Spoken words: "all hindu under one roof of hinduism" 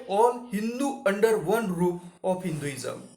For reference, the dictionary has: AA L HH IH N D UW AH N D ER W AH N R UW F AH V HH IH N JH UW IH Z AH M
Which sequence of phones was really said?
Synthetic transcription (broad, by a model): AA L HH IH N D UW AH N D ER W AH N R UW AH F HH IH N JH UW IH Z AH M